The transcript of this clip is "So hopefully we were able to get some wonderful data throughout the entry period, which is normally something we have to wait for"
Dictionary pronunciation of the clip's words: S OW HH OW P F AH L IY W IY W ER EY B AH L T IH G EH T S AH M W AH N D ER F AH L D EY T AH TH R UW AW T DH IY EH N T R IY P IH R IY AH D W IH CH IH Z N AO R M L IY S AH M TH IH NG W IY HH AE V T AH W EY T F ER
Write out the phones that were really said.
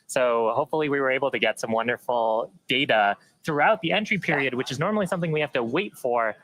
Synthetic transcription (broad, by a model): S OW HH OW P F L IY W IY W ER EY B L T IH G EH T S AH M W AH N D ER F L D EY T AH TH R UW AW T DH IY EH N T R IY P IH R IY AH D W IH CH IH Z N AO R M L IY S AH M TH IH NG W IY HH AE F T AH W EY T F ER